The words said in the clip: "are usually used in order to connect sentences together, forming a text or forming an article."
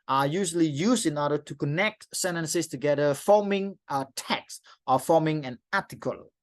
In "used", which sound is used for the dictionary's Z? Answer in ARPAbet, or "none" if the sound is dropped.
S